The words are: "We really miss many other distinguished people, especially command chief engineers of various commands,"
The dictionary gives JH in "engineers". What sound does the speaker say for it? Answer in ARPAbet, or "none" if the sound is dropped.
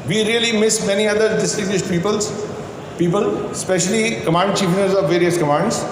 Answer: none